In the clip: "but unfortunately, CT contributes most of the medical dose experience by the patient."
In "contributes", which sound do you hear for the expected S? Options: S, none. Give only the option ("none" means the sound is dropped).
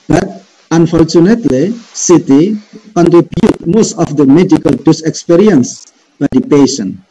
none